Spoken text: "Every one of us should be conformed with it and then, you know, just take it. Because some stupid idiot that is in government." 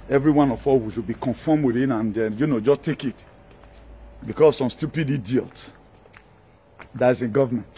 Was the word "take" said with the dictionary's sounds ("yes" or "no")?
yes